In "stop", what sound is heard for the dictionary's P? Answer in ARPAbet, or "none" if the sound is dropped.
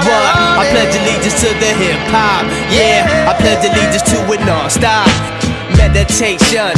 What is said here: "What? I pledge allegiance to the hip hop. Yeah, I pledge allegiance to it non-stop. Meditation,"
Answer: F